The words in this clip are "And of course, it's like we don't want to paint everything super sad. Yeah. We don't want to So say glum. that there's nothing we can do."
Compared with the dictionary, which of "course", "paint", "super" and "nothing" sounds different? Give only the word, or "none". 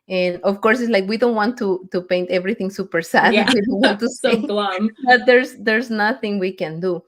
none